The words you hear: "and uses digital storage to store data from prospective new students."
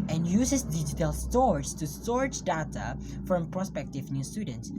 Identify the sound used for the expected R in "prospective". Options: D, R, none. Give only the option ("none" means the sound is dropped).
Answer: R